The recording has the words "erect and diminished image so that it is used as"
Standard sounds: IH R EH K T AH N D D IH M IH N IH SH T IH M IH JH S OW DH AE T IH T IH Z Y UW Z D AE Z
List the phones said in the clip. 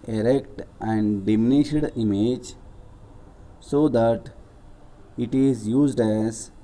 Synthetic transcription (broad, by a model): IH R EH K T AH N D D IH M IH N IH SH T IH M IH JH S OW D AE T IH T IH Z Y UW Z D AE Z